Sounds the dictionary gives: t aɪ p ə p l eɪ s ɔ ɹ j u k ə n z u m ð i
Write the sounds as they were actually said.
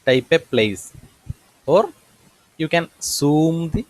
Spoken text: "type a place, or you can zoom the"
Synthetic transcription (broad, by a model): t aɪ p ə p l eɪ s ɔ ɹ j u k ə n s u m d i